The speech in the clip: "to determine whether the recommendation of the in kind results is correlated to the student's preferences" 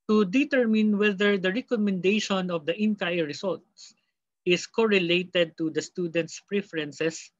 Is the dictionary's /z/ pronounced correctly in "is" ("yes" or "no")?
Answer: no